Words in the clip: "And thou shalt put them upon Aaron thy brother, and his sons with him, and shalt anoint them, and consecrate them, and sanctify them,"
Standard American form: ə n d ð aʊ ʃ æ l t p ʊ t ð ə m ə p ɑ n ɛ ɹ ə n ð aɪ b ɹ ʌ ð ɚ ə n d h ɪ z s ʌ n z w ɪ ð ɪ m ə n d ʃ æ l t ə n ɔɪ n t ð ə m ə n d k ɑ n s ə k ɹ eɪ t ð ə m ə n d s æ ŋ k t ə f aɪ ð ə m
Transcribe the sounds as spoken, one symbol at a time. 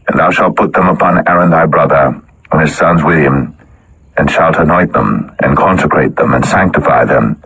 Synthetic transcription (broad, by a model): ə n ð aʊ ʃ æ l t p ʊ t ð ə m ə p ɑ n ɛ ɹ ə n ð aɪ b ɹ ʌ ð ɚ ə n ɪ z s ʌ n z w ɪ ð ɪ m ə n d ʃ æ l t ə n ɔɪ t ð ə m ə n k ɑ n s ə k ɹ eɪ t ð ə m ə n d s æ ŋ k t ə f aɪ ð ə m